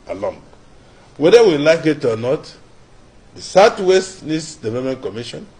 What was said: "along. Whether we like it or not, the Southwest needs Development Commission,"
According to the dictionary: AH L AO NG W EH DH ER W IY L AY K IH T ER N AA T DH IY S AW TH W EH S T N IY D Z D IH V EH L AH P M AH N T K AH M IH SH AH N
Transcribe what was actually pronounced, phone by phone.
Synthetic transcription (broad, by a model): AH L AO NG W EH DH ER W IY L AY K IH T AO N AA T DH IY S AW T W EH S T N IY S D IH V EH L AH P M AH N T K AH M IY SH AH N